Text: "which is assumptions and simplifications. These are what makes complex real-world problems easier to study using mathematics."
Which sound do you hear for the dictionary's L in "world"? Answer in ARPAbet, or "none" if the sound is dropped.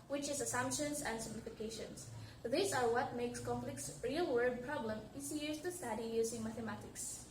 none